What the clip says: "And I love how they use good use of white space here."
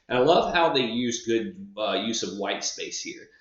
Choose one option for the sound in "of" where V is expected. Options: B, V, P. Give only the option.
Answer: V